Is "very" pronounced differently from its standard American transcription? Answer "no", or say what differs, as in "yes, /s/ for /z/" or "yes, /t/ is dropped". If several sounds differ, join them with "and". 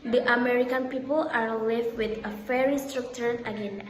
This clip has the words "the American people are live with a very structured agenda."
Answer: yes, /f/ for /v/